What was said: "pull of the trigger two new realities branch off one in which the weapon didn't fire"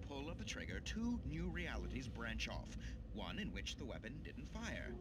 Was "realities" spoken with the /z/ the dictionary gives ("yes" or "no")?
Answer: yes